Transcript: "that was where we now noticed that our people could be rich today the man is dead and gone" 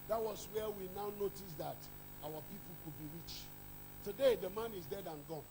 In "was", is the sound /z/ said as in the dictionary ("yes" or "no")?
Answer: no